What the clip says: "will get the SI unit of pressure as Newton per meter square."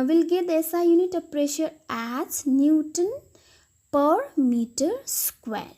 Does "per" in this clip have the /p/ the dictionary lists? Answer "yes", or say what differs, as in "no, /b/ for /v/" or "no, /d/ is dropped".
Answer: yes